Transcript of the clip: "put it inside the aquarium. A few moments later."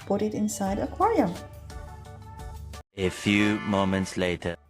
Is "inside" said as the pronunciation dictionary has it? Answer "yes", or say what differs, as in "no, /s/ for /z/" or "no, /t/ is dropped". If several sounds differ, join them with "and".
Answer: yes